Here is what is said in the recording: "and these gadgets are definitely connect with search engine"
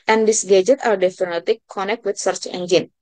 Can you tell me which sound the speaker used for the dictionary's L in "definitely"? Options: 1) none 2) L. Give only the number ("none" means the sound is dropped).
1